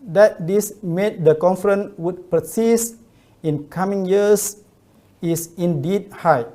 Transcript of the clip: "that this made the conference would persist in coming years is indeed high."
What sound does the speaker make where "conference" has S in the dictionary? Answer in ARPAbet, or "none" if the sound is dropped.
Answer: none